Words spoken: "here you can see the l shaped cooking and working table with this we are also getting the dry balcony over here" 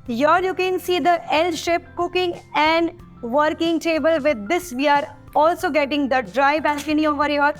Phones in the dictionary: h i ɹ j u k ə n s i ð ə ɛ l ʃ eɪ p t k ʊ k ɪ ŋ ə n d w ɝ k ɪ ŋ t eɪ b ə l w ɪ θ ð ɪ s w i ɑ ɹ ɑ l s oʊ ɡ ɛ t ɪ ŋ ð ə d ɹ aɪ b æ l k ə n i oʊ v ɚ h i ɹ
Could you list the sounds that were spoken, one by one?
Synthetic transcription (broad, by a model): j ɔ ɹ j u k ə n s i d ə ɛ l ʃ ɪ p k ʊ k ɪ ŋ ə n d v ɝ k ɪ ŋ t eɪ b ə l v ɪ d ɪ s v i ɑ ɹ ɑ l s oʊ ɡ ɛ t ɪ ŋ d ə d ɹ aɪ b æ k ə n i oʊ v ɚ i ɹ